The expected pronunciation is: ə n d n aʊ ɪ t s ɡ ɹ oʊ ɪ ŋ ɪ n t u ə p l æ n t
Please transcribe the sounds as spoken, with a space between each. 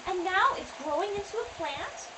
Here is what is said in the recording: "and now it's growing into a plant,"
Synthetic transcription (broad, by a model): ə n n aʊ ɪ t s ɡ ɹ oʊ ɪ ŋ ɪ n t u ə p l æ n t